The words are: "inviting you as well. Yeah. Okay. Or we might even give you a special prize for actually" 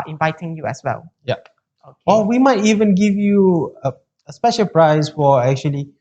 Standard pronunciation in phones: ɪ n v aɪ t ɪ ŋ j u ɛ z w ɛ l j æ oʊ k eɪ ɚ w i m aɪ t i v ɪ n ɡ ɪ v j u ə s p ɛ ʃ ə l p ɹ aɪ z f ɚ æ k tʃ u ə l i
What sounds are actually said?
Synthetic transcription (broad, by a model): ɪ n v aɪ t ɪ ŋ j u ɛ s w ɛ l j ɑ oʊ eɪ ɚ w i m aɪ t i v ɪ n ɡ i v j u ə s p ɛ ʃ ə l p ɹ aɪ s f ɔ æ k tʃ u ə l i